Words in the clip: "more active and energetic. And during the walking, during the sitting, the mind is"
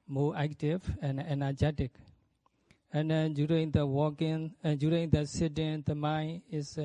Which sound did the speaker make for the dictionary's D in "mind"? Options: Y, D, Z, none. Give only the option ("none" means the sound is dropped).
none